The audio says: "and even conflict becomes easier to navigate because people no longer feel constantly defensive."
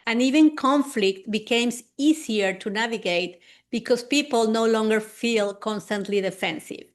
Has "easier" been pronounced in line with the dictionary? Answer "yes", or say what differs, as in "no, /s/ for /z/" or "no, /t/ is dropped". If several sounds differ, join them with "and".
no, /s/ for /z/